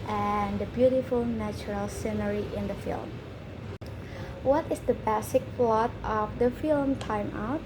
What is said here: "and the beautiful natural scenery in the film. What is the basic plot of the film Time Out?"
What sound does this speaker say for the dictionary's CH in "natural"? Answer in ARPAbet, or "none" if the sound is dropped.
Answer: CH